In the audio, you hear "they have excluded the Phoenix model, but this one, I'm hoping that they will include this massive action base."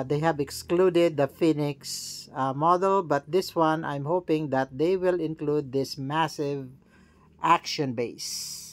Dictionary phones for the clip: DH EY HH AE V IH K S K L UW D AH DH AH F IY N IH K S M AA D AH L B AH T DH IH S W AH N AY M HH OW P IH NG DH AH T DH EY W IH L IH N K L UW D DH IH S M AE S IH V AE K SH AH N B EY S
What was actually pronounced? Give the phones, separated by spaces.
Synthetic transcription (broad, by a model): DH EY HH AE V IH K S K L UW D AH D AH F IY N IH K S M AA D AH L B AH T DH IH S W AH N AY M HH OW P IH NG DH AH T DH EY W IH L IH N K L UW D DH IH S M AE S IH V AE K SH AH N B EY S